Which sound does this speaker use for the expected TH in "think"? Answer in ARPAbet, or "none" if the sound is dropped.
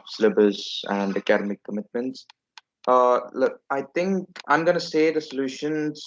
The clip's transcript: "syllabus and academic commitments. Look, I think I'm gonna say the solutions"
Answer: T